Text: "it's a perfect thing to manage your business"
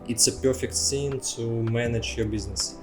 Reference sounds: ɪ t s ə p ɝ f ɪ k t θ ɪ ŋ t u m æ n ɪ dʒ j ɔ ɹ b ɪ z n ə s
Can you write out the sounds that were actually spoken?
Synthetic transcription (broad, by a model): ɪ t s ə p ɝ f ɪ k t s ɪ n t u m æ n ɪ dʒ j ɔ ɹ b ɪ z n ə s